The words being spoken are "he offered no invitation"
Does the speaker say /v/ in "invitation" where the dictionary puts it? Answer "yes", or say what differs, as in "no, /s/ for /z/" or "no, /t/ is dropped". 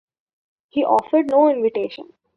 yes